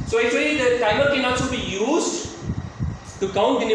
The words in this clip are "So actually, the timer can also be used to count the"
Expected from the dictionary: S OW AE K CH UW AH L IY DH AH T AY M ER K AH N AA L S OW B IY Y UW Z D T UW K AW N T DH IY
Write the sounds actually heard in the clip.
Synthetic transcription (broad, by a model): S OW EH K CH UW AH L IY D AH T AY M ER K AH N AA S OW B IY Y UW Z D T UW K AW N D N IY